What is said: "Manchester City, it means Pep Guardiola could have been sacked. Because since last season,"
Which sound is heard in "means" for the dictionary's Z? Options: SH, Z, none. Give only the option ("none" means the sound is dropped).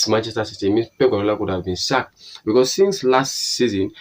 none